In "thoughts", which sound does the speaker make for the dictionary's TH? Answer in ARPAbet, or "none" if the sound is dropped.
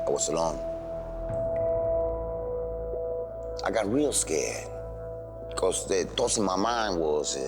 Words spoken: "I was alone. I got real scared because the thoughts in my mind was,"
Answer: T